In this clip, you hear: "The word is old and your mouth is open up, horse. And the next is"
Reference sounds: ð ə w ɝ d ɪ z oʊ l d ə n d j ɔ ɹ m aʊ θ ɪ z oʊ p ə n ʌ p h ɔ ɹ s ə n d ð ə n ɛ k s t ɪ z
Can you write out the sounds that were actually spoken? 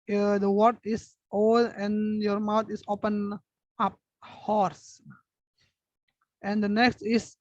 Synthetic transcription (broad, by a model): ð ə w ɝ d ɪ s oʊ d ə n j ɔ ɹ m aʊ t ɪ s oʊ p ə n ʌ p h ɔ ɹ s ə n d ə n ɛ k s t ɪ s